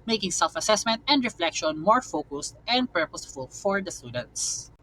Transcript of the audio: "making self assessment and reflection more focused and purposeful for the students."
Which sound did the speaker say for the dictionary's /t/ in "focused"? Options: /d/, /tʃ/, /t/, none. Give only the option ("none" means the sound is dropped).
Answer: /t/